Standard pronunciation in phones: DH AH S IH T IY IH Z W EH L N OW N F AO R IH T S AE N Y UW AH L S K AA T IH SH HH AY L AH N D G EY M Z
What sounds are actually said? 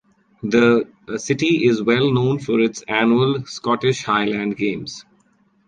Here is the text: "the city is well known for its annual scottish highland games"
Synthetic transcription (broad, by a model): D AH S IH T IY IH Z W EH L N OW N F AO R IH T S AE N Y UW AH L S K AA T IH SH HH AY L AH N D G EY M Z